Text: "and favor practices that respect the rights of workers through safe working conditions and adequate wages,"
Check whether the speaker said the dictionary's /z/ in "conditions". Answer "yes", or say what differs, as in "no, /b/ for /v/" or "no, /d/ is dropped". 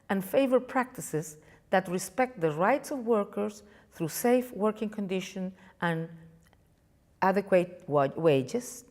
no, /z/ is dropped